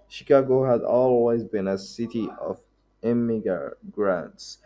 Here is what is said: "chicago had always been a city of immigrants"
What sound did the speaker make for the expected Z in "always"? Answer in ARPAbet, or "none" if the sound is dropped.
Z